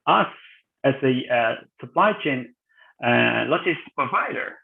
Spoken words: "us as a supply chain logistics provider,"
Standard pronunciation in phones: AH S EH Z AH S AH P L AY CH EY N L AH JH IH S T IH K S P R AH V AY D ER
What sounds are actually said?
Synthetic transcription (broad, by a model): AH S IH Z AH S AH P L AY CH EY N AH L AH T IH S P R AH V AY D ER